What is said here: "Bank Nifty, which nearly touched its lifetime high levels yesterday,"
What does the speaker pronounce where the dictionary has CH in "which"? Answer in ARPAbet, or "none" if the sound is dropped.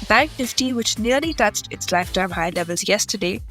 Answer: CH